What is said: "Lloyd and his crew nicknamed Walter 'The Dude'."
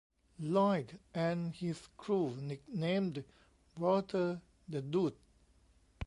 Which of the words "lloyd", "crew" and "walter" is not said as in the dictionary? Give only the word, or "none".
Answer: walter